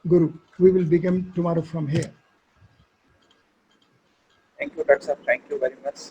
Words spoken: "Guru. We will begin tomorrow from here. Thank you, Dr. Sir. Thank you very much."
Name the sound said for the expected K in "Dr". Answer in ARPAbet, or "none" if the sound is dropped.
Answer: none